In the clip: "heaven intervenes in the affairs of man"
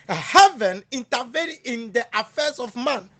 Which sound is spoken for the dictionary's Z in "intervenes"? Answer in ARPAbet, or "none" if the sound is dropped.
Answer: none